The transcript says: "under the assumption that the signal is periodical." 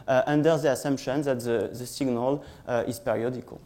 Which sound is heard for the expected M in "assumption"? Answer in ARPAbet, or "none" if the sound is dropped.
M